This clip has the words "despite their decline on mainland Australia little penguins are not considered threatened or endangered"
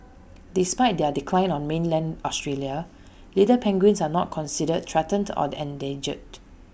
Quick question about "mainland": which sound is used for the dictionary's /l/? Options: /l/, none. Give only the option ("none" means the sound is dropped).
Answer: /l/